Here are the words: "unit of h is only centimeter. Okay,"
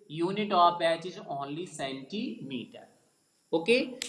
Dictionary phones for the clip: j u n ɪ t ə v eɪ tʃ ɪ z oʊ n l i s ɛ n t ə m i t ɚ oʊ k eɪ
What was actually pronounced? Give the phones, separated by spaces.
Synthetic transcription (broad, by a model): j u n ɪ t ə p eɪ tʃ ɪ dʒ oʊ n l i s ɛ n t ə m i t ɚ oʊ k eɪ